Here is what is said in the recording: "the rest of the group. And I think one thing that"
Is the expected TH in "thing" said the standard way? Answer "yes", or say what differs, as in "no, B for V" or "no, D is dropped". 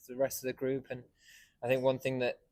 yes